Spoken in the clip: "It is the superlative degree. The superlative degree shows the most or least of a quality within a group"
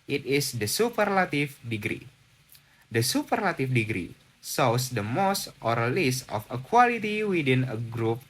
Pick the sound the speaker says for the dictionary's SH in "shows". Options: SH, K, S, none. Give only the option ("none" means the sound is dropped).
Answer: S